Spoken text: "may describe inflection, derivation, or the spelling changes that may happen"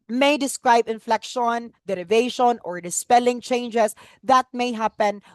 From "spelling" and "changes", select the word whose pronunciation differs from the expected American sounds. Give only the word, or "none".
changes